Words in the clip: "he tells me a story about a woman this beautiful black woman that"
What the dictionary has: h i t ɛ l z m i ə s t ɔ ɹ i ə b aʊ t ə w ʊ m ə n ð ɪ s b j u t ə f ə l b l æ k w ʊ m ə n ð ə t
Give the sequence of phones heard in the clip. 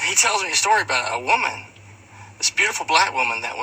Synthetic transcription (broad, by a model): h i t ɛ l z m i ə s t ɔ ɹ i ə b aʊ t ə w ʊ m ə n ð ɪ s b j u t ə f l b l æ k w ʊ m ə n ð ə t